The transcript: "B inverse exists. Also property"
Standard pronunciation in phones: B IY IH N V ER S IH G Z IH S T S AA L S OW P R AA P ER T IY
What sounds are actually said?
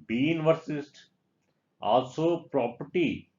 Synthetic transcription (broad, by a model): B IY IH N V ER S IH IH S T AA L S OW P R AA P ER T IY